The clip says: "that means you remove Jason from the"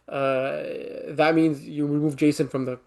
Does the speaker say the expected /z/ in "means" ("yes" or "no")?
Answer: yes